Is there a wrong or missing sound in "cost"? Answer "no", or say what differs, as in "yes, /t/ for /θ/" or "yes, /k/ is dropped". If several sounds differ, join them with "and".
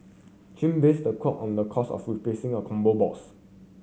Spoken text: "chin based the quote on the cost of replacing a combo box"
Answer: yes, /t/ is dropped